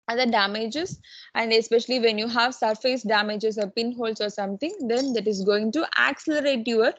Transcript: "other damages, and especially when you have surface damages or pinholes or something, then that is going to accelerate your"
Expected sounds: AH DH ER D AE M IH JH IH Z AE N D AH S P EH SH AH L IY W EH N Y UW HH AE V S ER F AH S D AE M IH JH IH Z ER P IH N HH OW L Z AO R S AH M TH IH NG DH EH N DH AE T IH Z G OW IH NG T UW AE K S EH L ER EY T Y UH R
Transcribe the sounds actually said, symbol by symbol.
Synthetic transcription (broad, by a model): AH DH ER D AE M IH JH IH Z AE N D AH S P EH SH AH L IY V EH N Y UW HH AE V S ER F AH S D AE M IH JH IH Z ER P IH N HH OW L S AO R S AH M T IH NG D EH N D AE T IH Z G OW IH NG T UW AE K S EH L ER EY T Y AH R